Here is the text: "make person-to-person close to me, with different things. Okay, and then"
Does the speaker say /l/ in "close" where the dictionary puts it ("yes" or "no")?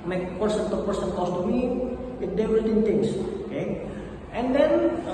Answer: no